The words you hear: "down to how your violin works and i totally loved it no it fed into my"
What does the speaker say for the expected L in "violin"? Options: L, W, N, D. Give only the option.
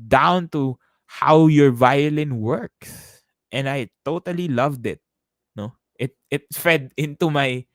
L